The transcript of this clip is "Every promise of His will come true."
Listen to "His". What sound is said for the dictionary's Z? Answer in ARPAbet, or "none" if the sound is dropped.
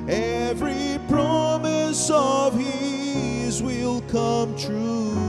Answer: Z